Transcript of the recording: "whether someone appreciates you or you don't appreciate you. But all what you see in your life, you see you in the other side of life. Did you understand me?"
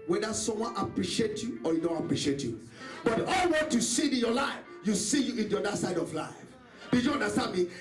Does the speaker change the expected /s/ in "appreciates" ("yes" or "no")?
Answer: yes